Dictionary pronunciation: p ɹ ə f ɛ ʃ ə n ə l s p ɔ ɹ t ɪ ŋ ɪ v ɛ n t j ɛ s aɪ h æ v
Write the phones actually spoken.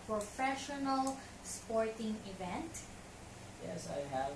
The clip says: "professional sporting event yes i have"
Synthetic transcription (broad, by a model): p ɹ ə f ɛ ʃ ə n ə l s p ɔ ɹ t ɪ ŋ ɪ v ɛ n t j ɛ s aɪ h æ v